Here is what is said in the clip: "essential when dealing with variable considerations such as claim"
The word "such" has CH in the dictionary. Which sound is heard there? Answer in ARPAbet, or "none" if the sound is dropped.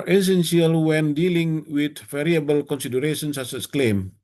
S